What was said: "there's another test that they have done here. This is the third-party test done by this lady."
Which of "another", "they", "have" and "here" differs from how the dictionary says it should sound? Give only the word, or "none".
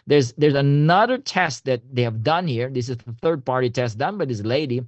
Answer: none